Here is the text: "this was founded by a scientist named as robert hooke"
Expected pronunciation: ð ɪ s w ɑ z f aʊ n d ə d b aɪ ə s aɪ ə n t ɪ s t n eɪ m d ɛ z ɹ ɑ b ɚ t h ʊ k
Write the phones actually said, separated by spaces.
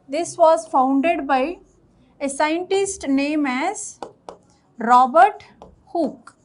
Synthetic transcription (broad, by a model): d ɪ s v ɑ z f aʊ n d ə d b aɪ ə s aɪ ə n t ɪ s t n eɪ m ɛ z ɹ ɑ b ɚ t h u k